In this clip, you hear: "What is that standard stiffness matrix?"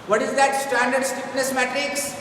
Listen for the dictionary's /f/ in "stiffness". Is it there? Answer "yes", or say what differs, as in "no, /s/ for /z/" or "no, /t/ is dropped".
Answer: no, /p/ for /f/